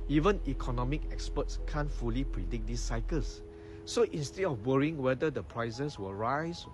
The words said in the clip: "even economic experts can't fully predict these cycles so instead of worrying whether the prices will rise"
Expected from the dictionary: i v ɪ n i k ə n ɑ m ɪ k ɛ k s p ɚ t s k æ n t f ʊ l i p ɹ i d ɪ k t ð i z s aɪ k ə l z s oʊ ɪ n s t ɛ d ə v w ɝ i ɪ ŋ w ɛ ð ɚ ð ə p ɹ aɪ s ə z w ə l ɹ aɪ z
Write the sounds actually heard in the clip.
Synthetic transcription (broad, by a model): i v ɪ n i k ə n ɑ m ɪ k ɛ k s p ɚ t s k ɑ n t f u l i p ɹ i d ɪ k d i s aɪ k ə l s oʊ ɪ n s t ɛ d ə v w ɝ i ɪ ŋ w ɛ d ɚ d ə p ɹ aɪ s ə s w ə ɹ aɪ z